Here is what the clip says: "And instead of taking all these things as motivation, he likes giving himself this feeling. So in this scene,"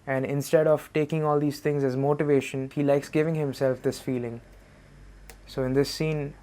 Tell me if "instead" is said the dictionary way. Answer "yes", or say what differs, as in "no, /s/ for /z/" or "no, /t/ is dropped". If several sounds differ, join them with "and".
yes